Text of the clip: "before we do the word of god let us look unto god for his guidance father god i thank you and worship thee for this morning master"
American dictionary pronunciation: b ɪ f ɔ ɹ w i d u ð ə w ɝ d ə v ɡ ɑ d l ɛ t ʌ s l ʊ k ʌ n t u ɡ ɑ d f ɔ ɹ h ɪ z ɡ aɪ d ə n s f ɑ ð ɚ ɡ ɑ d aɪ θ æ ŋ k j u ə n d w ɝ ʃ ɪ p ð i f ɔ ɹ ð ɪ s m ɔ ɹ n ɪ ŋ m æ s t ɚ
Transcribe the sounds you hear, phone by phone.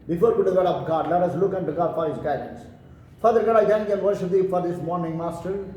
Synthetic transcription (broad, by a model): b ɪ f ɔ ɹ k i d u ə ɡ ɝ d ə p ɡ ɑ d l ɛ t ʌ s l ʊ k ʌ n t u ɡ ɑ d f ɔ ɹ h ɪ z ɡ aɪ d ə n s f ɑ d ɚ ɡ ɑ d aɪ t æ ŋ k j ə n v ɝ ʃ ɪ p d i f ɔ ɹ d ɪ s m ɔ ɹ n ɪ ŋ m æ s t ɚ